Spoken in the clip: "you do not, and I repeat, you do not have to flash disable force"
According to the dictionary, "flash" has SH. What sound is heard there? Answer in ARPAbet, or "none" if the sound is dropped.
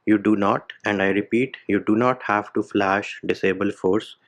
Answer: SH